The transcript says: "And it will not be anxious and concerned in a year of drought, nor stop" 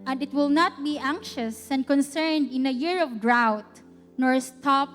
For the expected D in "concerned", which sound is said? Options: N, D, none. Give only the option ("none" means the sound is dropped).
D